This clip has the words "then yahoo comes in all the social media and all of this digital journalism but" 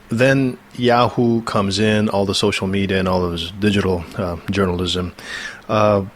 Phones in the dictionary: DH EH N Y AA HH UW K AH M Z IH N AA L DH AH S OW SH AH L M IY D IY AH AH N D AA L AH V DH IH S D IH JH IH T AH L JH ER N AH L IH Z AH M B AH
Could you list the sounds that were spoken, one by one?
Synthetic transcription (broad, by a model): DH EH N Y AA HH UW K AH M Z IH N AA L DH AH S OW SH L M IY D IY AH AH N AA L AH V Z D IH JH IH T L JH ER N L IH Z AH M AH